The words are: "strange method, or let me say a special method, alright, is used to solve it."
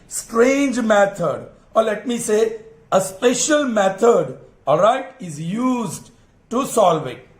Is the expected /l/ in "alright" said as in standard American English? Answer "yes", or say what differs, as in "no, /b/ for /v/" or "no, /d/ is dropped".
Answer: no, /l/ is dropped